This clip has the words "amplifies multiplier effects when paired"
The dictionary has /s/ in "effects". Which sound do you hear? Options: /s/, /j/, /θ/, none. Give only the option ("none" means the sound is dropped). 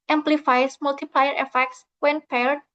/s/